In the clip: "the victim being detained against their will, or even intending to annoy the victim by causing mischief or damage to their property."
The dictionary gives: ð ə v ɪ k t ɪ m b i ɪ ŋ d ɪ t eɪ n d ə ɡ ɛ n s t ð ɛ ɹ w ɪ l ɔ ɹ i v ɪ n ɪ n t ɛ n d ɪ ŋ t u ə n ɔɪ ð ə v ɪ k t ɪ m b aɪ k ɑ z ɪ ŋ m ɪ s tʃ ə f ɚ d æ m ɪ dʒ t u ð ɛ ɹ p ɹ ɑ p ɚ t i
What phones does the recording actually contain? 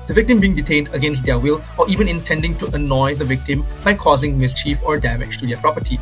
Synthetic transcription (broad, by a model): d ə v ɪ k t ɪ m b i ɪ ŋ d ɪ t eɪ n d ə ɡ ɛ n s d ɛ w ɪ l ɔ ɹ i v ɪ n ɪ n t ɛ n d ɪ ŋ t u ə n ɔɪ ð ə v ɪ k t ɪ m b aɪ k ɑ z ɪ ŋ m ɪ s tʃ ə f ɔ d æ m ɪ tʃ t u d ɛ p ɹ ɑ p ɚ t i